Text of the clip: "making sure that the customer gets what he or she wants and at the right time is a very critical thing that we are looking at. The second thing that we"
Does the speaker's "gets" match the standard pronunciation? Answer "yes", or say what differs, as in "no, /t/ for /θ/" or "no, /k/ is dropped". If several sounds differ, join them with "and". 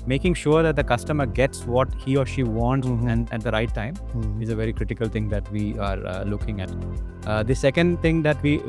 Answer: yes